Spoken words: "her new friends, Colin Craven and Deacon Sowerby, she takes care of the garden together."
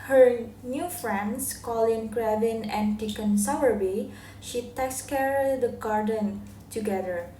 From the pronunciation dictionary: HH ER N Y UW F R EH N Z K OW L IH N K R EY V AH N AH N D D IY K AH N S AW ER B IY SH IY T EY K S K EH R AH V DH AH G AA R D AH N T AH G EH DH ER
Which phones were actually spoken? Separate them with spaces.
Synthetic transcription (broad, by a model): HH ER N Y UW F R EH N S K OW L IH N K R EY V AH N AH N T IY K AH N S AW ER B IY SH IY T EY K S K EH R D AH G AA R D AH N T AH G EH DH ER